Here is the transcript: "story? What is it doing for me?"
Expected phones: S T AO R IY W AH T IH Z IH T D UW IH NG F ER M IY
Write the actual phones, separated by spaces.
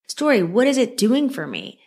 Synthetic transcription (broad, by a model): S T AO R IY W AH T IH Z IH T D UW IH NG F ER M IY